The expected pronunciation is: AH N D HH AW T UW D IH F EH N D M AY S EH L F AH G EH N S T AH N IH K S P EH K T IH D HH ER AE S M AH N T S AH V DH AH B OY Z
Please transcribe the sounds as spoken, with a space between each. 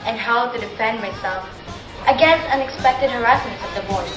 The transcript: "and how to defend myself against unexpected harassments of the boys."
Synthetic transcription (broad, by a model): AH N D HH AW T UW D IH F EH N D M AY S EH L F AH G EH N S T AH N IH K S P EH K T IH D HH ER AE S AH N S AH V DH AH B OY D